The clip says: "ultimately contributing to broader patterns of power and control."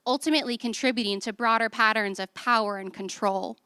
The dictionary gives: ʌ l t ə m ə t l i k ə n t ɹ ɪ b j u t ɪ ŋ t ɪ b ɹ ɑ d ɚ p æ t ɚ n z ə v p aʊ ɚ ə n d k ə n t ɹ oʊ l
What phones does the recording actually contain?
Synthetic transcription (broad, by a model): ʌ l t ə m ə t l i k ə n t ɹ ɪ b j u t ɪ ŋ t ɪ b ɹ ɑ d ɚ p æ t ɚ n z ə v p aʊ ɚ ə n k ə n t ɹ oʊ l